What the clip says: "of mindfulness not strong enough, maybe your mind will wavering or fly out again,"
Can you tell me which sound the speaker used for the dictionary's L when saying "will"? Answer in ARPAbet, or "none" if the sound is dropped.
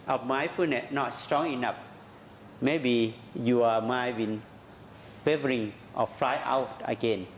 N